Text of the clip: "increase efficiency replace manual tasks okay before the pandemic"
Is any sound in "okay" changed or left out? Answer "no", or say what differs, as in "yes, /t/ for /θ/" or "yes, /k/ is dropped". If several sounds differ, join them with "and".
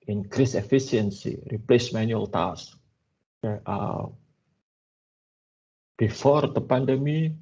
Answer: yes, /k/ is dropped